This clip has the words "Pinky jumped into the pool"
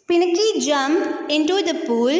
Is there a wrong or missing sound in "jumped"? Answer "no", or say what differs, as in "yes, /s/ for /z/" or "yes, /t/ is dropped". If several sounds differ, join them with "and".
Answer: yes, /t/ is dropped